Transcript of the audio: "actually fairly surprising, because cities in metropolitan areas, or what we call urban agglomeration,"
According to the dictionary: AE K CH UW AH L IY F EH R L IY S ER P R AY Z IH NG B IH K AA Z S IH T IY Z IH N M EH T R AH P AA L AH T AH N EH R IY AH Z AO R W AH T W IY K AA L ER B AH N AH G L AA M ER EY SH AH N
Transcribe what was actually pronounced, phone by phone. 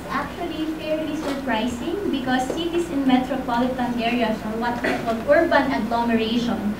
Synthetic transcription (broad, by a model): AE K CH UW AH L IY F EH R L IY S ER P R AY S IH NG B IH K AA S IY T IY S IH N M EH T R AH P AA L AH T AH N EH R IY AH S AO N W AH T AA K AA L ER B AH N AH G L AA M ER EY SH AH N